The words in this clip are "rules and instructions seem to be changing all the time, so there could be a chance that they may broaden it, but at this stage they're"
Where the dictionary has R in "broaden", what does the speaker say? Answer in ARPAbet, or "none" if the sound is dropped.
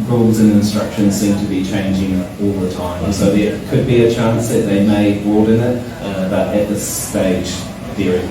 none